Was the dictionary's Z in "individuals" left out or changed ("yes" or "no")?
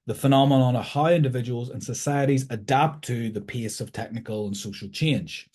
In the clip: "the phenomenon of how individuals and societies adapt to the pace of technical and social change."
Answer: no